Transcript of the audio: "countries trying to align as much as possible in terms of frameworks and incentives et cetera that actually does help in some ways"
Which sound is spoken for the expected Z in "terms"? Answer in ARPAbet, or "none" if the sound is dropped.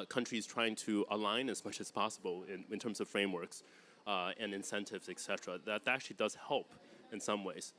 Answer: Z